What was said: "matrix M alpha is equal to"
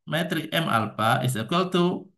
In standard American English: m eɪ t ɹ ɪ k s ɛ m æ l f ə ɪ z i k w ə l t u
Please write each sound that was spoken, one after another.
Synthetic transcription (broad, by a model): m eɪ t ɹ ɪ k ɛ m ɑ l p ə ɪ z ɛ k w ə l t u